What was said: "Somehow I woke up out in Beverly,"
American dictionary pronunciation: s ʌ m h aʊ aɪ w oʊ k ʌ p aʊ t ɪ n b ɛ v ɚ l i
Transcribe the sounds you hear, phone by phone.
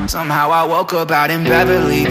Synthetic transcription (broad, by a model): s ʌ m h aʊ aɪ w oʊ k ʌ b aʊ t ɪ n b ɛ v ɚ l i